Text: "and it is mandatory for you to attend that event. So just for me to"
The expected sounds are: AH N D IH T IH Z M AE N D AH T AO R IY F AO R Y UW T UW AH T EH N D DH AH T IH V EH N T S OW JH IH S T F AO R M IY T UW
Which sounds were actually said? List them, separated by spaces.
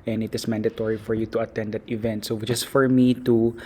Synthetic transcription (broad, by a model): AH N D IH T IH S M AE N D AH T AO R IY F AO R Y UW T UW AH T EH N D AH T IH V EH N T S OW CH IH S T F AO R M IY T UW